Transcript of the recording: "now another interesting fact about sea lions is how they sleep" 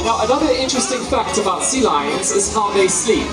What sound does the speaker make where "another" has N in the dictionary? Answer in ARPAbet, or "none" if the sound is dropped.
N